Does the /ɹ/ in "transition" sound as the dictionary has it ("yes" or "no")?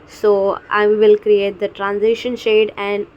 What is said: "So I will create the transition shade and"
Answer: yes